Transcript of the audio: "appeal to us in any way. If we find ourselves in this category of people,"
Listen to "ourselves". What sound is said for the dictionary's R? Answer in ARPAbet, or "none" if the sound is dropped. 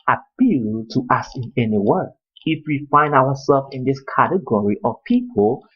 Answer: W